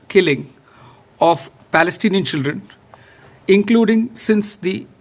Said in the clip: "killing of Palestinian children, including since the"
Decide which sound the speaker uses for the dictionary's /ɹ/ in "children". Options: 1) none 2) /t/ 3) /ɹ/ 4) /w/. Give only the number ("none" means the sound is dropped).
3